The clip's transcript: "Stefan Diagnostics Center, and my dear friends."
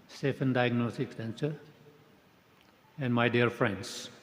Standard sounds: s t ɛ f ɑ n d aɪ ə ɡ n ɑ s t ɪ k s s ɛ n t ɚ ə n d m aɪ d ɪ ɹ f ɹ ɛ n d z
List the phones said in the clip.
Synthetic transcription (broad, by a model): s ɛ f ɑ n d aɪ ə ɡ n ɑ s t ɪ k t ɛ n s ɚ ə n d m aɪ d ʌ ɹ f ɹ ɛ n d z